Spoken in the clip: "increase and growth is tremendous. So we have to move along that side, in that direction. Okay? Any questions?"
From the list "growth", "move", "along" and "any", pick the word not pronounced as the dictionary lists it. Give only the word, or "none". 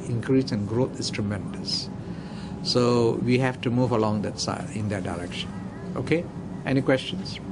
growth